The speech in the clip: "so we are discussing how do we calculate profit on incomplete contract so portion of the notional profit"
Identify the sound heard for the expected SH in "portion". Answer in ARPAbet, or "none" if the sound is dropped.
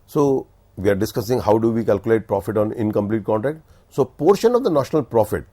SH